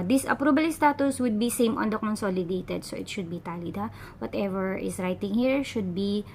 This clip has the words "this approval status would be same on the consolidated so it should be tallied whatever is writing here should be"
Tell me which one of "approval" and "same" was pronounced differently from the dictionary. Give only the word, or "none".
approval